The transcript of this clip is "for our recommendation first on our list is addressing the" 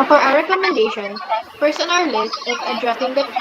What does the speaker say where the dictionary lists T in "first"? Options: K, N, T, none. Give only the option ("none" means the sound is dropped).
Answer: none